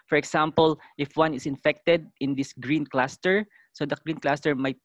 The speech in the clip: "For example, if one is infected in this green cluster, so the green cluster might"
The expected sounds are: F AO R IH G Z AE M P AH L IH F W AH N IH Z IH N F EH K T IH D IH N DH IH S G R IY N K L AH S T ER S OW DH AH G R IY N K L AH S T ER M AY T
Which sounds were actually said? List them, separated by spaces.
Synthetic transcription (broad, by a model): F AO R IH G S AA M P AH L IH F W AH N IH S IH N F EH K T IH D IH N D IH S G R IY N K L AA S T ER S OW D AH G R IY N K L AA S T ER M AY T